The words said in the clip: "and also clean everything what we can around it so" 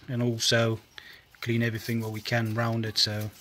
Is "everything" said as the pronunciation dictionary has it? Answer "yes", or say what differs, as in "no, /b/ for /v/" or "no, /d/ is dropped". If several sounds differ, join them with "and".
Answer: yes